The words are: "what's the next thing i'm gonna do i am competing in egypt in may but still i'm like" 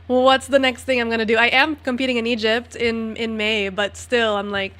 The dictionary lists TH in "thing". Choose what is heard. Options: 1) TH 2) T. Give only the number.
1